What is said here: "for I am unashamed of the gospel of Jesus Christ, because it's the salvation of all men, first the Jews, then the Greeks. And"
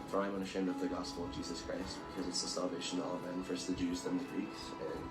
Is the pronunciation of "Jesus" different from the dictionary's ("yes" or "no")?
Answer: no